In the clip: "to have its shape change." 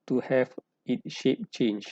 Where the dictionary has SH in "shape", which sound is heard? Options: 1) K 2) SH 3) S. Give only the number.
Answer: 2